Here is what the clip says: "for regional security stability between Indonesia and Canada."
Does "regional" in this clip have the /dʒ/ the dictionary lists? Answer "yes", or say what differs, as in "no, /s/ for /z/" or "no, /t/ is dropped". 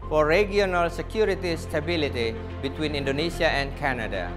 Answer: no, /dʒ/ is dropped